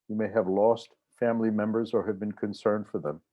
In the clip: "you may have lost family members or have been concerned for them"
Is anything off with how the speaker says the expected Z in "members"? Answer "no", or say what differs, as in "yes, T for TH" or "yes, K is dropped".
no